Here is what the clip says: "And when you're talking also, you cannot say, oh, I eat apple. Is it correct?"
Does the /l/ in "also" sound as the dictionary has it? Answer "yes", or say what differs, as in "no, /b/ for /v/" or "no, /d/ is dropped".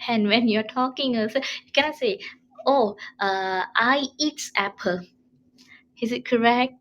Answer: no, /l/ is dropped